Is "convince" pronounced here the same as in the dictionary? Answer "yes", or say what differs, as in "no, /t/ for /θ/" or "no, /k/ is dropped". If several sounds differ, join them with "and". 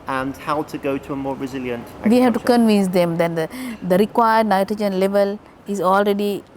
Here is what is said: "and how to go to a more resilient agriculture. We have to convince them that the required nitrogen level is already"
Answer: yes